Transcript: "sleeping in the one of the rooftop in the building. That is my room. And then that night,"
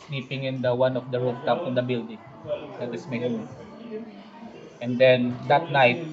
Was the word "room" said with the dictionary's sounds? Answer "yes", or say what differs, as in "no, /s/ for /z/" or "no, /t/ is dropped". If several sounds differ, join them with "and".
no, /m/ is dropped